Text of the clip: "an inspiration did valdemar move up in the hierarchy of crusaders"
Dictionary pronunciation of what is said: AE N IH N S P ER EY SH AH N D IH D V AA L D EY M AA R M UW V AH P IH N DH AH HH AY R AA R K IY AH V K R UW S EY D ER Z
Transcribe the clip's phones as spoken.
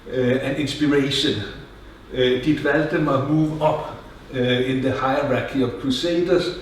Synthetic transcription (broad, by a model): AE N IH N S B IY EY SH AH N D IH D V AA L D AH M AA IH M UW V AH B IH N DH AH HH AY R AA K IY AH V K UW S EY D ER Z